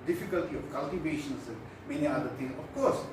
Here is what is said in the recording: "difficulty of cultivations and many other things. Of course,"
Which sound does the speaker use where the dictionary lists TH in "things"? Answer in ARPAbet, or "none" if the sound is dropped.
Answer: T